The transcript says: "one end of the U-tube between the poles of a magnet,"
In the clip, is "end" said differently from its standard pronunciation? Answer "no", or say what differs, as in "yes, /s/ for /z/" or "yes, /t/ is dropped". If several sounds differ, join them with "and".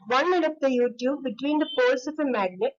yes, /n/ is dropped